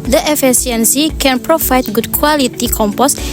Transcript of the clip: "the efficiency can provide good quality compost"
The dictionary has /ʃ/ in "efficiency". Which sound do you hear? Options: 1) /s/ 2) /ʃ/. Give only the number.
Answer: 1